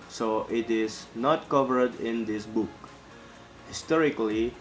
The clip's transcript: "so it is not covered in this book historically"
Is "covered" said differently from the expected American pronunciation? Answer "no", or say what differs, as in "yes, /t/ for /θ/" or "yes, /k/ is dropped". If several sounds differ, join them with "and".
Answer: no